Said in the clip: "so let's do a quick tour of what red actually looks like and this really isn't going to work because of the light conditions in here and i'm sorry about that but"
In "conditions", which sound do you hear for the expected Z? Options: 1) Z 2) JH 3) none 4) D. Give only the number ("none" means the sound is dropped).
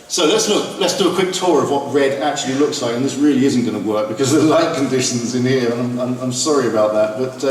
1